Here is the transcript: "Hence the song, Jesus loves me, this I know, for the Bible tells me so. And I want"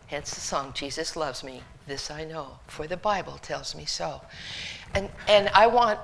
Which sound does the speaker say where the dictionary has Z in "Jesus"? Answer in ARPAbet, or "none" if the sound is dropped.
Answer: Z